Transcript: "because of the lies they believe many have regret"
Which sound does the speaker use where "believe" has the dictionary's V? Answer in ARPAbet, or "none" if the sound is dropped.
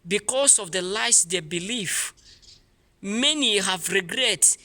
F